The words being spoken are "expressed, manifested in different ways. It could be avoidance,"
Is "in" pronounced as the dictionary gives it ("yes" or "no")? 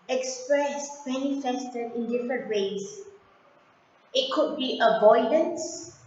yes